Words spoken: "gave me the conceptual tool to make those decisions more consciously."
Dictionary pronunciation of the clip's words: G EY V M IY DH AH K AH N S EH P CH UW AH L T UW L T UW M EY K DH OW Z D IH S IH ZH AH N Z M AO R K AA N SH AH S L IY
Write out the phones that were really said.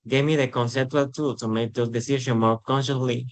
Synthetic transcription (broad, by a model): G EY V M IY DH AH K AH N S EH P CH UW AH L T UW L T UW M EY K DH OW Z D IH S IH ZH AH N M AO R K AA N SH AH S L IY